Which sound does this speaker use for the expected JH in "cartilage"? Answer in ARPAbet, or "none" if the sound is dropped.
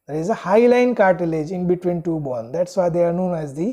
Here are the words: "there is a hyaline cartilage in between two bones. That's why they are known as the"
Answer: JH